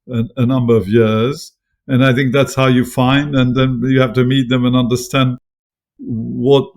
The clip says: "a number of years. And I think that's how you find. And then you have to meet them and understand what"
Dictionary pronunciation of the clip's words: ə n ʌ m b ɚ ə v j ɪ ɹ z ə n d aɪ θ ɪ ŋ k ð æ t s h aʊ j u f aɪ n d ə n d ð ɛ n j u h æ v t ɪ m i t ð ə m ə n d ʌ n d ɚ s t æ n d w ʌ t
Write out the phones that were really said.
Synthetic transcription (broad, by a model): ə n ʌ m b ɚ ə v j ɪ ɹ z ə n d aɪ θ ɪ ŋ k ð æ t s h aʊ j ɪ f aɪ n d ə n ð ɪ n j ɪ h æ f t ɪ m i t ð ə m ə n ʌ n d ɚ s t æ n d w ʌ t